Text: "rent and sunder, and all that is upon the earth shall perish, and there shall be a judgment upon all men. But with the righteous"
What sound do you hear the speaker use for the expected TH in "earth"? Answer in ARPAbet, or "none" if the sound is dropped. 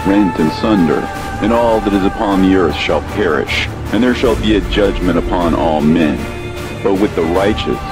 TH